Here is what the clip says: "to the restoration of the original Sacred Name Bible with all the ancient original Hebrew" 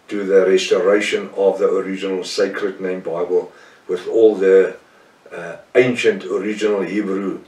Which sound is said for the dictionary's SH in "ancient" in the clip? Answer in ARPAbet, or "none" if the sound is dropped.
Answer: SH